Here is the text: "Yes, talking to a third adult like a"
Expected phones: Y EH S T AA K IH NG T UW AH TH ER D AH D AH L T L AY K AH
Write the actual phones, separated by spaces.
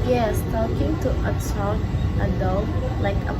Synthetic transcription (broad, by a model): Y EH S T AA K IH NG T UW AH S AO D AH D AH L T L AY K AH